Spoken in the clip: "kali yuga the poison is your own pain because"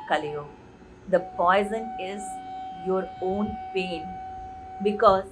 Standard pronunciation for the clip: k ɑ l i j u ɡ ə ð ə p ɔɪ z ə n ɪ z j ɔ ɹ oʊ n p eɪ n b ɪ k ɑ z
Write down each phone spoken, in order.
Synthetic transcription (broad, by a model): k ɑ l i j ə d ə p ɔɪ z ə n ɪ z j ɔ ɹ oʊ n p eɪ n b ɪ k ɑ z